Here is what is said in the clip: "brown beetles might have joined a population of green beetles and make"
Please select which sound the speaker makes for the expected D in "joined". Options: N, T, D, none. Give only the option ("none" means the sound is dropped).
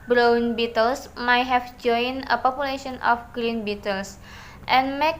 none